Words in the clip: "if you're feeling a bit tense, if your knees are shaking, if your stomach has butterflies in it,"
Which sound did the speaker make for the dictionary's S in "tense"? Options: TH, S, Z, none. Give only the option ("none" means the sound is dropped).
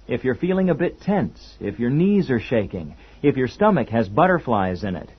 S